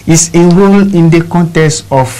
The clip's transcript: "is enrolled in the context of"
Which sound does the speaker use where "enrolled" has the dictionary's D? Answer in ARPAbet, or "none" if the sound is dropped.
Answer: none